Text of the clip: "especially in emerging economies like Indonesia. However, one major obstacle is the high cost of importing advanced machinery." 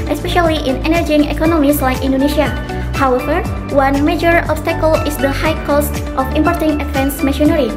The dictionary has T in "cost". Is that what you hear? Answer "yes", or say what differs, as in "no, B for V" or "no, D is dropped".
yes